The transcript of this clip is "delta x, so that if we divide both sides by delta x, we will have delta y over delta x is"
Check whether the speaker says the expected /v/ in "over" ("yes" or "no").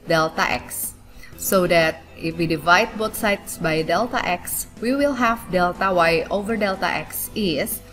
yes